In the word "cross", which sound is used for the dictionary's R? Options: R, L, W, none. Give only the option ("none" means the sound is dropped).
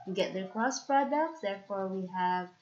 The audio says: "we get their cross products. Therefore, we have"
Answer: L